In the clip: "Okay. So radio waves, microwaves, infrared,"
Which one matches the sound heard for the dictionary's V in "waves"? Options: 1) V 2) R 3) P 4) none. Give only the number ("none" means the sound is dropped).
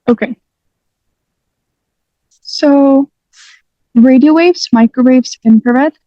1